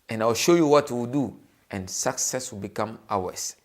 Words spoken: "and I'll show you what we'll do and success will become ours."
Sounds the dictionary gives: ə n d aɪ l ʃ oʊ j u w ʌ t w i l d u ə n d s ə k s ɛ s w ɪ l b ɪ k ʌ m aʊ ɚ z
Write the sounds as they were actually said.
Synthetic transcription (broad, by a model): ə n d aɪ w ʃ oʊ j u w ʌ t w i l d u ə n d s ə k s ɛ s w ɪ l b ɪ k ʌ m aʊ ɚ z